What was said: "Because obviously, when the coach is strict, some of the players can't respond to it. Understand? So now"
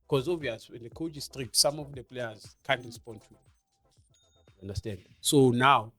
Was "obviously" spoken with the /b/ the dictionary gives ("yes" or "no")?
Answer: no